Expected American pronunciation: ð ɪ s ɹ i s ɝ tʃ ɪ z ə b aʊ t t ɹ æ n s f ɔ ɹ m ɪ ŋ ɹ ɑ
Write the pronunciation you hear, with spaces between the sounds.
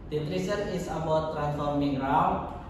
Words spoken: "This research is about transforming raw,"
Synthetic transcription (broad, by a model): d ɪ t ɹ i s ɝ ɪ s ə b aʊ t t ɹ æ n s f ɔ ɹ m ɪ ŋ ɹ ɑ